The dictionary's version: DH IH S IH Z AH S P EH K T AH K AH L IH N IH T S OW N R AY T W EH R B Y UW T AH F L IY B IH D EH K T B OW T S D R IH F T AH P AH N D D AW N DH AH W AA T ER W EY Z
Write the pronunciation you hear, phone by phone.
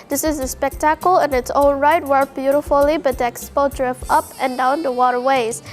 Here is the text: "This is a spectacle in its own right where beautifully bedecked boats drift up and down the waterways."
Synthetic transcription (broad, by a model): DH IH S IH Z AH S P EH K T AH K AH L IH N IH T S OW L R AY T W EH R B Y UW T AH F L IY B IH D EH K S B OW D R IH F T AH P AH N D D AW N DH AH W AA T ER W EY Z